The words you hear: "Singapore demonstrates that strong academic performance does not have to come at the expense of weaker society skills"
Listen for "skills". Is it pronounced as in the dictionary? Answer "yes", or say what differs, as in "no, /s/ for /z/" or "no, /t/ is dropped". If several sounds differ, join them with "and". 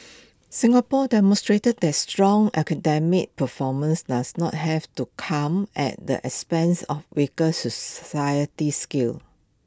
no, /z/ is dropped